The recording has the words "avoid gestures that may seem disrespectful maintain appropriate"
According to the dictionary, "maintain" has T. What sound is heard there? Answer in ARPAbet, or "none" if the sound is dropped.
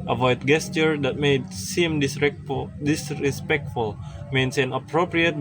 S